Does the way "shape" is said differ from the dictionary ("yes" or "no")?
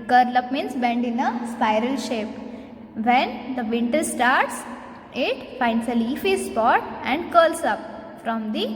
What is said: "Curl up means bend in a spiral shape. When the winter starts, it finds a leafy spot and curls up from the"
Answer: no